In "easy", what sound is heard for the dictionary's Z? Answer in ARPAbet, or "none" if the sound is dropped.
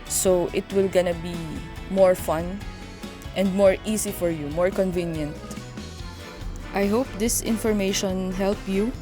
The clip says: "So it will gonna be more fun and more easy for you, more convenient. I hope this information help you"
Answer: S